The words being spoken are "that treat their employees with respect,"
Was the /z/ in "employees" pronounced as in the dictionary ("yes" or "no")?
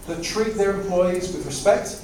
yes